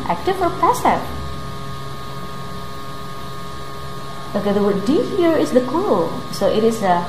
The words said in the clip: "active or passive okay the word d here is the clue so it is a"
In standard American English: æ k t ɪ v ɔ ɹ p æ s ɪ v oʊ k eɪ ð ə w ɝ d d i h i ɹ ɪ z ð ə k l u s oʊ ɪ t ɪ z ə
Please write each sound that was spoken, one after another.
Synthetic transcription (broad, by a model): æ k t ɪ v ɔ ɹ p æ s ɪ oʊ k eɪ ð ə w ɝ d d i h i ɹ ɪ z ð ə k u s oʊ ɪ t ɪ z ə